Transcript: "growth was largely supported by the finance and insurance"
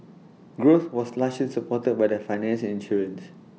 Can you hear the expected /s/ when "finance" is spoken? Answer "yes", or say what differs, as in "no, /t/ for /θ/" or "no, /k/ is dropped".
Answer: no, /ʃ/ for /s/